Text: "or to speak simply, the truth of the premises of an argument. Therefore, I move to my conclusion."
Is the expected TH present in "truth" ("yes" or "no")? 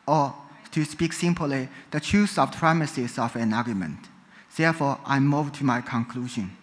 no